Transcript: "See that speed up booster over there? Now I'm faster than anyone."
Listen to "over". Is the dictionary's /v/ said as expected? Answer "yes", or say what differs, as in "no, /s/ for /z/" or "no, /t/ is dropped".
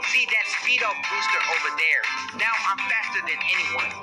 yes